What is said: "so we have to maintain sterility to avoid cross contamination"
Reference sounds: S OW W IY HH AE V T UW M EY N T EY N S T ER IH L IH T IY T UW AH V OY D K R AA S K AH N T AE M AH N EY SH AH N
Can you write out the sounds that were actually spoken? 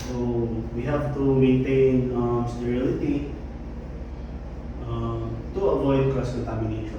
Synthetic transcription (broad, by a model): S OW W IY HH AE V T UW M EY N T EY N S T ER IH L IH T IY T UW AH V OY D K AA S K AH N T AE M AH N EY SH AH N